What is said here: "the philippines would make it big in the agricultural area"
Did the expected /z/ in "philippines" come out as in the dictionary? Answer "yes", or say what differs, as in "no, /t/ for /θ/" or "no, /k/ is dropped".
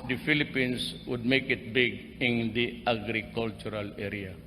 no, /s/ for /z/